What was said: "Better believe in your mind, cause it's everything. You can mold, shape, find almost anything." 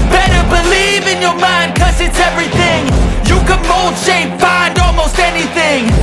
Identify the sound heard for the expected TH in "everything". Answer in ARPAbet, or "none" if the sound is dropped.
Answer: TH